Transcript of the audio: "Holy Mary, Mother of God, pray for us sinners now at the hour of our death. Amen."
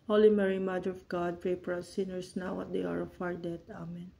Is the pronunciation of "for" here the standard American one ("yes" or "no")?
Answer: no